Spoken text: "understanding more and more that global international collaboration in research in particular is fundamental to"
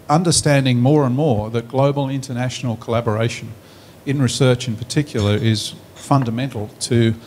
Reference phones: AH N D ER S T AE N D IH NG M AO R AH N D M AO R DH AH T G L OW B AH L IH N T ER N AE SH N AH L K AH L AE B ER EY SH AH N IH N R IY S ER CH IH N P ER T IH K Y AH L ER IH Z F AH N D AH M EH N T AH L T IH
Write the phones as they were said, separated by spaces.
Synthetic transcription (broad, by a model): AH N D ER S T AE N D IH NG M AO R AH N M AO R DH AH T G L OW B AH L IH N T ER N AE SH N L K AH L AE B ER EY SH AH N IH N R IY S ER CH IH N P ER T IH K Y L ER IH Z F AH N D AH M EH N T L T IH